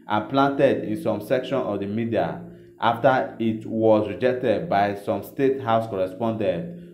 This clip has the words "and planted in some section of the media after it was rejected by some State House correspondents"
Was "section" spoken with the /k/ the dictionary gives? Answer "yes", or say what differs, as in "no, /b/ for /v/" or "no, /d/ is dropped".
yes